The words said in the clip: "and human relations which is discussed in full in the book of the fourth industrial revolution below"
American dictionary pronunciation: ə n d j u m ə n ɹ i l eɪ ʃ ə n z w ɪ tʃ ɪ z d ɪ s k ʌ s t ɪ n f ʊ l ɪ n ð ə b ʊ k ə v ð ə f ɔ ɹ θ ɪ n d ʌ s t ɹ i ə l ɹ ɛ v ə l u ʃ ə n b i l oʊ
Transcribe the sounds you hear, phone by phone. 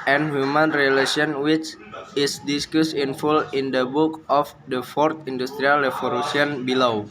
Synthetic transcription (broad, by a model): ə n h j u m ə n ɹ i l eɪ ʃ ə n w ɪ tʃ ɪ s d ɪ s k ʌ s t ɪ n f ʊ l ɪ n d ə b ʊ k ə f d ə f ɔ ɹ t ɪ n d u s t ɹ i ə l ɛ f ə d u s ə n b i l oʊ